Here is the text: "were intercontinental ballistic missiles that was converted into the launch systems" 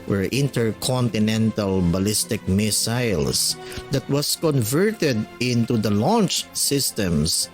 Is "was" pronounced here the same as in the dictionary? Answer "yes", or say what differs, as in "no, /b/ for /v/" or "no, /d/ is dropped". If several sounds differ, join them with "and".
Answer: no, /s/ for /z/